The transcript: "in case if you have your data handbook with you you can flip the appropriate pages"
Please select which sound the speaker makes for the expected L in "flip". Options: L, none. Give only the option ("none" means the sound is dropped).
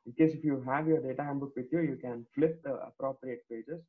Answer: L